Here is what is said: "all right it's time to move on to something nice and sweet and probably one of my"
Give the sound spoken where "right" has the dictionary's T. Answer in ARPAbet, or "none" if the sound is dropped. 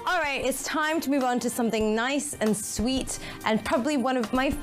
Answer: T